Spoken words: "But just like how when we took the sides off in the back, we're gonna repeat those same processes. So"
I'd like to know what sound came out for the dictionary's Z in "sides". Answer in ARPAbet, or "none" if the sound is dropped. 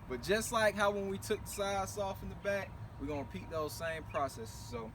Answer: S